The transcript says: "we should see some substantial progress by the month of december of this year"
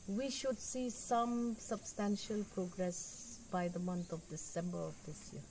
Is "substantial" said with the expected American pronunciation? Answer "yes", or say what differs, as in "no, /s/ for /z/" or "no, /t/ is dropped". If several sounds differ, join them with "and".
yes